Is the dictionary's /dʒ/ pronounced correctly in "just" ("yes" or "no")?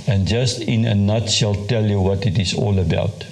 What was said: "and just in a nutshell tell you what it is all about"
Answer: yes